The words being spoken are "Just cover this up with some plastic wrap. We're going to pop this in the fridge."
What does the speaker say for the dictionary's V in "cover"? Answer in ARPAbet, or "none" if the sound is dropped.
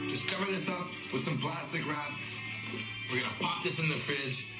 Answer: V